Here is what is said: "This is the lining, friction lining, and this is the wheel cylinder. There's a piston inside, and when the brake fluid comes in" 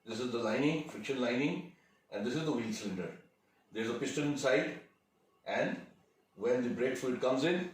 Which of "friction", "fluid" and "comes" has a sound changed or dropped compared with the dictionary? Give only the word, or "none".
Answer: fluid